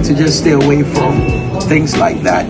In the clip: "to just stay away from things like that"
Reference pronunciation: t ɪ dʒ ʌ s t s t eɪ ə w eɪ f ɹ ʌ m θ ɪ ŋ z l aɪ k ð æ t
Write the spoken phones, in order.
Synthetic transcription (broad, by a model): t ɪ dʒ ʌ s t s t eɪ ə w eɪ f ɹ ʌ m θ ɪ ŋ z l aɪ k ð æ t